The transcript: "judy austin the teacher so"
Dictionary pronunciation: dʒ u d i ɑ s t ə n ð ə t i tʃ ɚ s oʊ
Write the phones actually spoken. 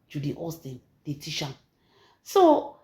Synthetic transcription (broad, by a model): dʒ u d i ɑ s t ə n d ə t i ʃ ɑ s oʊ